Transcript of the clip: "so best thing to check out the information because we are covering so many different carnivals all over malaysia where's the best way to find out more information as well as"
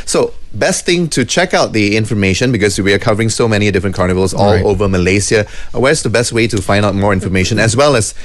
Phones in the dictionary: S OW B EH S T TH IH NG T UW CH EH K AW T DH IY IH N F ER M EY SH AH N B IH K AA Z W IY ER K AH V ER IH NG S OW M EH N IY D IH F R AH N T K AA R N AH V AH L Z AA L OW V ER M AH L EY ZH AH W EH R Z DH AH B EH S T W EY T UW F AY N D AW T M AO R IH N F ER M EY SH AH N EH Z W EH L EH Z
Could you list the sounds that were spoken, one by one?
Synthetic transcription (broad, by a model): S OW B EH S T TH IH NG T UW CH EH K AW T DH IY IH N F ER M EY SH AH N B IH K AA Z W IY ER K AH V ER IH NG S OW M EH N IY D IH F R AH N K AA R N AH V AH L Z AA L OW V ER M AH L EY S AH W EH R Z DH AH B EH S T W EY T UW F AY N D AW T M AO R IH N F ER M EY SH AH N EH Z W EH L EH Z